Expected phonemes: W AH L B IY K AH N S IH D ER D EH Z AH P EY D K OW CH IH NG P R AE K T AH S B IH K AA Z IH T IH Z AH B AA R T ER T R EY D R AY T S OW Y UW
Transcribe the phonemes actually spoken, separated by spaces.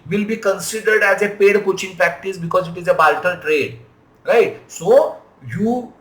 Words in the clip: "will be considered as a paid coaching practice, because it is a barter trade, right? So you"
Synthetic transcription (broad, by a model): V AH L B IY K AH N S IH D ER D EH Z AH P EY D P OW CH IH NG P R AE K T AH S B IH K AA Z IH T IH Z AH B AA L T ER T R EY D R AY T S OW Y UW